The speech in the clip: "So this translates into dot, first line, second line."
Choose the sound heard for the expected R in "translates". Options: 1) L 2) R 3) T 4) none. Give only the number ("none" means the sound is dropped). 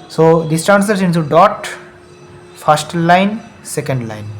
4